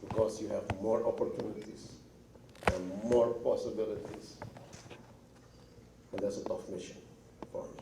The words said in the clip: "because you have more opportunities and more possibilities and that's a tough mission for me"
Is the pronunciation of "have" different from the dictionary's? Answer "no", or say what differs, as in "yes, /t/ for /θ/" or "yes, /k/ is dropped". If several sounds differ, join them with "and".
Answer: no